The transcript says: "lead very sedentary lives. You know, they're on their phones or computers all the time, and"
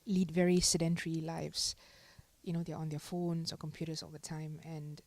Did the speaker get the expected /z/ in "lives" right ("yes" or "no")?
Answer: no